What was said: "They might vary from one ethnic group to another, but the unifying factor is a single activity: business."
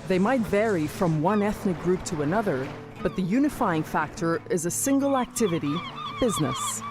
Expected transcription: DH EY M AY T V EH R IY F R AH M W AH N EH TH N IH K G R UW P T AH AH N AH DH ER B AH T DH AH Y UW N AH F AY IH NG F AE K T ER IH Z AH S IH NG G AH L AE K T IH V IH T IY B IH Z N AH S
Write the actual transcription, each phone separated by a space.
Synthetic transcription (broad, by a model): DH EY M AY T V EH R IY F R AH M W AH N EH TH N IH K G R UW P T AH AH N AH DH ER B AH T DH AH Y UW N AH F AY IH NG F AE K T ER IH Z AH S IH NG G L AE K T IH V IH T IY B IH Z N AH S